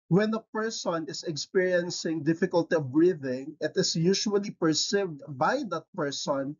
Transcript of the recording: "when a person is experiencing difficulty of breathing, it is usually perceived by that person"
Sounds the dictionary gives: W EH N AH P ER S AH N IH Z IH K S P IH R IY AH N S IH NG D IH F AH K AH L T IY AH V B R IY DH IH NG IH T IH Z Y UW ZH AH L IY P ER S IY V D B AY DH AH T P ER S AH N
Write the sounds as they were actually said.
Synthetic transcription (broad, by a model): W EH N AH P ER S AH N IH S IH K S P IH R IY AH N S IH NG D IH F AH K AH L T IY AH V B R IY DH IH NG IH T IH S Y UW SH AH L IY P ER S IY V D B AY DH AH T P ER S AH N